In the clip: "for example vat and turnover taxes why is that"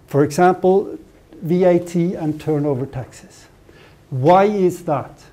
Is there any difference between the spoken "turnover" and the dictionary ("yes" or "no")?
no